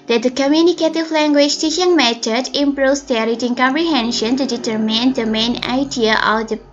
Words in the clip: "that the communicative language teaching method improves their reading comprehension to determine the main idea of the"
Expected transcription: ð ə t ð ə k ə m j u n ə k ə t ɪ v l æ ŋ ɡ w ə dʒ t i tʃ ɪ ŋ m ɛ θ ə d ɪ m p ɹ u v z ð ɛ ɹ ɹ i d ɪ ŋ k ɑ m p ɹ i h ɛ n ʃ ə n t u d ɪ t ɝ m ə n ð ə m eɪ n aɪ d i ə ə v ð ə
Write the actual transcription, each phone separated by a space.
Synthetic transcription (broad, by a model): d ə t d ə k ə m j u n ə k ə t ɪ v l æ ŋ ɡ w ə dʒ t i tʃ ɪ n m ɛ t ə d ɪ m p ɹ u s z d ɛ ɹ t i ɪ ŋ k ɑ m p ɹ i h ɛ n ʃ ə n t u d ɪ t ɝ m ə n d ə m eɪ n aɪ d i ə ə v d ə